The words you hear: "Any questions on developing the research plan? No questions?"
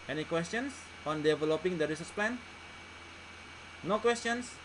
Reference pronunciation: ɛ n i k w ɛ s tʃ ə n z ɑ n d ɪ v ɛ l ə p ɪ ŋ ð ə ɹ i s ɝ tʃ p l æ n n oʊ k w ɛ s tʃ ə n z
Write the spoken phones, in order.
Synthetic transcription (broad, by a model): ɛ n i k w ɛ s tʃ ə n s ɑ n d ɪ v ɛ l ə p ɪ ŋ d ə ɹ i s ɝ s p l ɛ n n oʊ k w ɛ s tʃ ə n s